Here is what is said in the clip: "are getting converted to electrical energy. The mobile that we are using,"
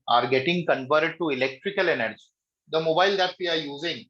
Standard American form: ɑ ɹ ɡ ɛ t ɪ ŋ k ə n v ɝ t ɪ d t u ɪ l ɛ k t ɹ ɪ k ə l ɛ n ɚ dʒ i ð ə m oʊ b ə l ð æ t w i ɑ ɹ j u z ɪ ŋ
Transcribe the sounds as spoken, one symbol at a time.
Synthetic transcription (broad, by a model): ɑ ɹ ɡ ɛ t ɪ ŋ k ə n p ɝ t d t u ɪ l ɛ k t ɹ ɪ k ə l ɛ n ɚ dʒ i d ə m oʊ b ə l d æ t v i ɑ ɹ j u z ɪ ŋ